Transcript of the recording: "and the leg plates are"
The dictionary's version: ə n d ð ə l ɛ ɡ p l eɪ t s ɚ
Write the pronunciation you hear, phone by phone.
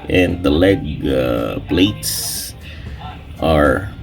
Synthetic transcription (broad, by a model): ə n ð ə l ɛ ɡ b l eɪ t s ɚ